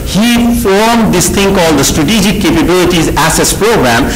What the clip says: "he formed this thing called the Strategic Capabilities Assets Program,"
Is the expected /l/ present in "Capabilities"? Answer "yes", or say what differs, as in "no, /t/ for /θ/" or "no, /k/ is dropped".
yes